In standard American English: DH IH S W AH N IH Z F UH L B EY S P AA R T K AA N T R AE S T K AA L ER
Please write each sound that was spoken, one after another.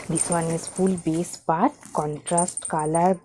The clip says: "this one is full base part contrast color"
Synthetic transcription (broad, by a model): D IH S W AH N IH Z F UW L B EY S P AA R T K AA N T R AE S T K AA L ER